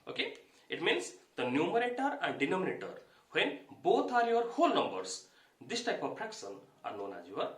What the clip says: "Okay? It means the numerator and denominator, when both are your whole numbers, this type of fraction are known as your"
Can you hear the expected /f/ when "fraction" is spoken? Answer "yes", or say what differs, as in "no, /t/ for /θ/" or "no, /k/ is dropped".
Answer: no, /p/ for /f/